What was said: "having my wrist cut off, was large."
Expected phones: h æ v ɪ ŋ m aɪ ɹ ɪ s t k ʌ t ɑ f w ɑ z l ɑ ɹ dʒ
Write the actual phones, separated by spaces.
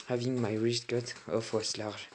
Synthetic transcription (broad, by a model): h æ v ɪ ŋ m aɪ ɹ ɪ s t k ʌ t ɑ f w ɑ s l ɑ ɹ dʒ